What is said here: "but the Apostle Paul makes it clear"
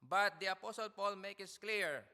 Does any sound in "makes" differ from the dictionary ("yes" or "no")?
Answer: yes